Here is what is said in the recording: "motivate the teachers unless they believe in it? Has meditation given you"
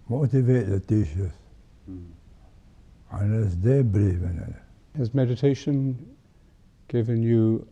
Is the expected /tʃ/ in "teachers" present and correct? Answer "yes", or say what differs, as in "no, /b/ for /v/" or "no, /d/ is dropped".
no, /ʃ/ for /tʃ/